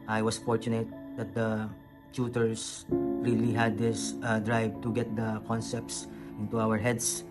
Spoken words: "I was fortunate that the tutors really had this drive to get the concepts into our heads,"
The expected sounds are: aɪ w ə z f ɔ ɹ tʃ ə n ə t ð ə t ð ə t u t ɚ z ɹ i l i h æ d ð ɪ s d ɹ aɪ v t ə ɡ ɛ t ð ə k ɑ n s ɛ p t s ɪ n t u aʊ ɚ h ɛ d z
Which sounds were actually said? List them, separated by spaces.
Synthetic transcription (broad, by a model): aɪ w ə s f ɔ ɹ tʃ ə n ə t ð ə t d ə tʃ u t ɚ s ɹ i l i h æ d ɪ s d ɹ aɪ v t ə ɡ ɛ t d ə k ɑ n s ɛ p t s ɪ n t u aʊ ɚ h ɛ d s